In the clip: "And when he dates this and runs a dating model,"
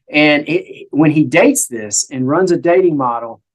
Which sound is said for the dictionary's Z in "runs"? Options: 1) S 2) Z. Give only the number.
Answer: 2